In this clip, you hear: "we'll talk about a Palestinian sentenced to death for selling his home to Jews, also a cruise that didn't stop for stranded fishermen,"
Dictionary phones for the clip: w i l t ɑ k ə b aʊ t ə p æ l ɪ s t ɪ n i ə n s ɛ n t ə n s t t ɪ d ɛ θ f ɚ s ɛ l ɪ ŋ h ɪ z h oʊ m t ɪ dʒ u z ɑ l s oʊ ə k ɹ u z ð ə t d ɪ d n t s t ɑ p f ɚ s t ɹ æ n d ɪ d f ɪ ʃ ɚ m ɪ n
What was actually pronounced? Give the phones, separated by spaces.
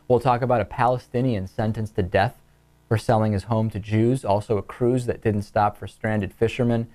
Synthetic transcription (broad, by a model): w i l t ɑ k ə b aʊ t ə p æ l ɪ s t ɪ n i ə n s ɛ n t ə n s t t ɪ d ɛ θ f ɚ s ɛ l ɪ ŋ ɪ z h oʊ m t ɪ dʒ u z ɑ l s oʊ ə k ɹ u z ð ə t d ɪ d n t s t ɑ p f ɚ s t ɹ æ n d ɪ d f ɪ ʃ ɚ m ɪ n